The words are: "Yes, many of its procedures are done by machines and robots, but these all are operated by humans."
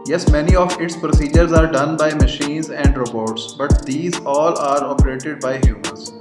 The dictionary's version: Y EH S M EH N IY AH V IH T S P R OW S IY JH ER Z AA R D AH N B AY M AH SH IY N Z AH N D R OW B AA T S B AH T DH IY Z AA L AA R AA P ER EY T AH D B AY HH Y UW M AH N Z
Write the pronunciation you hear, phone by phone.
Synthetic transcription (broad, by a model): Y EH S M EH N IY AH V IH T S P R OW S IY JH ER Z AA R D AH N B AY M AH SH IY N Z AH N D R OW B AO T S B AH T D IY Z AA L AA R AA P ER EY T AH D B AY HH Y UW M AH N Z